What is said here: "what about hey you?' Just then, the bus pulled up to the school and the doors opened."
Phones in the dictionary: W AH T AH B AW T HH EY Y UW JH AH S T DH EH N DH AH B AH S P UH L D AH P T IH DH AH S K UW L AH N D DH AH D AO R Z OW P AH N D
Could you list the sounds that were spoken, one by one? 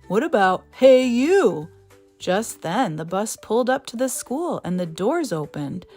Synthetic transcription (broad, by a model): W AH T AH B AW T HH EY Y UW JH AH S T DH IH N DH AH B AH S P UH L D AH P T IH DH AH S K UW L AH N DH AH D AO R Z OW P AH N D